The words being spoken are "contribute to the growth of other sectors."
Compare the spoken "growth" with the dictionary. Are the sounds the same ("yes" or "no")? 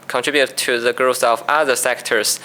no